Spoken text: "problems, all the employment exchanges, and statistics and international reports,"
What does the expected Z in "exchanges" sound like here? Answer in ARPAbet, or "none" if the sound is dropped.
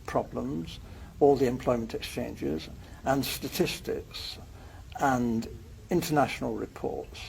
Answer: Z